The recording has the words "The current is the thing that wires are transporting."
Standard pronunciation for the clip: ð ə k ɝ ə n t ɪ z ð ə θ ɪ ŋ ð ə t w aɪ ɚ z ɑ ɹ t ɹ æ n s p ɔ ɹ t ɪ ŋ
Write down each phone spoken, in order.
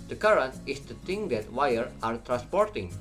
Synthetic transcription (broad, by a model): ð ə k ɝ ə n t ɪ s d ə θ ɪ ŋ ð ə t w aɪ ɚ ɑ ɹ t ɹ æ n s p ɔ ɹ t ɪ ŋ